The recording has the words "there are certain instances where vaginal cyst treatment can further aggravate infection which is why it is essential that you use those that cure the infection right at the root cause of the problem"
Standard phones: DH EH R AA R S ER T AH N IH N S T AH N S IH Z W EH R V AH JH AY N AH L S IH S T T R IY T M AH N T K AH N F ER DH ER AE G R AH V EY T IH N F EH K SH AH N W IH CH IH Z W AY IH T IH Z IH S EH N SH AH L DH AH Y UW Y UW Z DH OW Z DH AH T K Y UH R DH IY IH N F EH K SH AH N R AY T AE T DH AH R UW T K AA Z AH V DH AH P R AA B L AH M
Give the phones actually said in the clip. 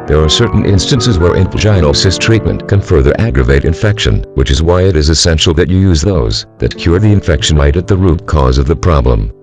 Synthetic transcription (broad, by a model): DH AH R AA R S ER T N IH N S T AH N S IH Z W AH R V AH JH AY AH N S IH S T T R IY T M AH N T K AH N F ER DH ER AE G R AH V EY T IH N F EH K SH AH N W IH CH IH Z W AY IH T IH Z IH S EH N SH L DH AH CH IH Y UW Z DH OW Z DH AH T K Y UH R DH IY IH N F EH K SH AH N R AY T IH T DH AH R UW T K AA Z AH V DH AH P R AA B L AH M